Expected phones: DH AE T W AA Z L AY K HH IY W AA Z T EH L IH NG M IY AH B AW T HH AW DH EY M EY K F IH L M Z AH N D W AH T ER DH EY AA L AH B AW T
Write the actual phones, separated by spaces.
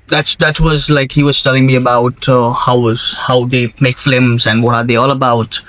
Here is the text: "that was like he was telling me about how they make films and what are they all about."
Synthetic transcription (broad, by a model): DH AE T W AA Z L AY K HH IY W AA Z T EH L IH NG M IY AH B AW T HH AW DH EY M EY K F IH M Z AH N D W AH T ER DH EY AA L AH B AW T